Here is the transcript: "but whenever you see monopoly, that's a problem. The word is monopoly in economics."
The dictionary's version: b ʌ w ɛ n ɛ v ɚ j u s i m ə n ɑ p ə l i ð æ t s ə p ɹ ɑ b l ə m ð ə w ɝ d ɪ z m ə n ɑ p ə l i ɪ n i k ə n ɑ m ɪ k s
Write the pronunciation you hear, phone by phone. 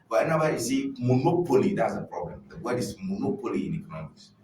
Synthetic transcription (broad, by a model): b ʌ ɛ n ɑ w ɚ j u s i m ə n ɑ p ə l i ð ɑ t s ə p ɹ ɑ b l ə m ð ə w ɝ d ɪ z m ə n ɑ p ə l i ɪ n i k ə n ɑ m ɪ k s